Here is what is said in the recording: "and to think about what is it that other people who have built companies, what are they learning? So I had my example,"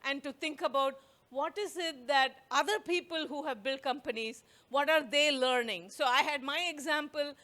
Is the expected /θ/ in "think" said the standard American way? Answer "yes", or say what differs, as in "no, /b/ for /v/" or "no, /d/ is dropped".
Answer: no, /t/ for /θ/